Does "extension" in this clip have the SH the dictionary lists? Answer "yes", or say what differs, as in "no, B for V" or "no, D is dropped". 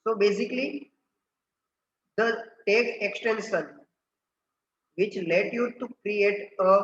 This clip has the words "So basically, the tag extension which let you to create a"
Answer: no, S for SH